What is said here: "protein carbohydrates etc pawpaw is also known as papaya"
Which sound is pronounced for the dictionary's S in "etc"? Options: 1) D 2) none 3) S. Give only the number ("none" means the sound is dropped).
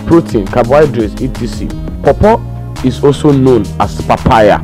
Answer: 2